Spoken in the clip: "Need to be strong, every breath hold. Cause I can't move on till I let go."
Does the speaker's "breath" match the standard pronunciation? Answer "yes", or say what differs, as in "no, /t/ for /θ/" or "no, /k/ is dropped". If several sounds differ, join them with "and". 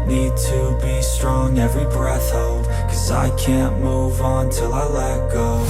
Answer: yes